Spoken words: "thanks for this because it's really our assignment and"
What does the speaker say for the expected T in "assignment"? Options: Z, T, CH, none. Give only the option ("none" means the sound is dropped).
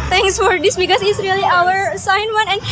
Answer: none